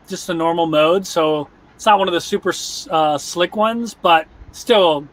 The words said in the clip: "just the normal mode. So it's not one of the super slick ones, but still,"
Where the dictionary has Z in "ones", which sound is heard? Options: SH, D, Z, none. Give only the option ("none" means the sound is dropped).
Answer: Z